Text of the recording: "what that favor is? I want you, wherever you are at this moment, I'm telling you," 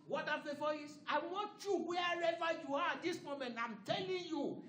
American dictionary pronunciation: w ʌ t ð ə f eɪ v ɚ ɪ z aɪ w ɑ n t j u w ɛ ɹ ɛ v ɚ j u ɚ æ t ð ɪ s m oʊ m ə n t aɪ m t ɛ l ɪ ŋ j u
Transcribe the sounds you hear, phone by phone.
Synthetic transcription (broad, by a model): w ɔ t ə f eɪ f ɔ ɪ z aɪ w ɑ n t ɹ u w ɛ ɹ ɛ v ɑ j u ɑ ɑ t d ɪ s m oʊ m ə n t aɪ m t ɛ l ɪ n j u